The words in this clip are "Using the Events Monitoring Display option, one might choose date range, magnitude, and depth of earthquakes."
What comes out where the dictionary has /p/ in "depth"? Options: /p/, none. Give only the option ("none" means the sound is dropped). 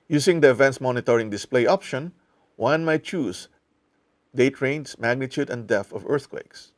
none